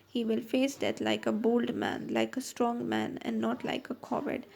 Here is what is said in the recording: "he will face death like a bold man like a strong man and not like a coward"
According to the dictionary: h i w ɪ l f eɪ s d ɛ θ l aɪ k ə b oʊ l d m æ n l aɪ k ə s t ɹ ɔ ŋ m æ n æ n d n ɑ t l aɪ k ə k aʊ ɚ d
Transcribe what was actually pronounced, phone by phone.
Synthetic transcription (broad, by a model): h i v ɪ l f eɪ s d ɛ t l aɪ k ə b oʊ l d m æ n l aɪ k ə s t ɹ ɔ ŋ m æ n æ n d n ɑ t l aɪ k ə k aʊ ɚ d